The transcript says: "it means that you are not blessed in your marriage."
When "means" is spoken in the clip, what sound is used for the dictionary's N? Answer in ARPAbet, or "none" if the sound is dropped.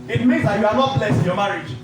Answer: none